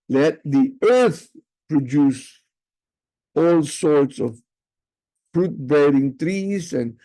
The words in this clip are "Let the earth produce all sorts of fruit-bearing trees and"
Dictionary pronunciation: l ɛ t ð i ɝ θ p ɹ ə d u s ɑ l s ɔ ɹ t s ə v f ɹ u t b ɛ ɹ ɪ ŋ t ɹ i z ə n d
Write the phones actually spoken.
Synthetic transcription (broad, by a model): l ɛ t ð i ɝ θ p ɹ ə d u s ɑ l s ɔ ɹ t s ə v f ɹ u t b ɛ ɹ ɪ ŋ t ɹ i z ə n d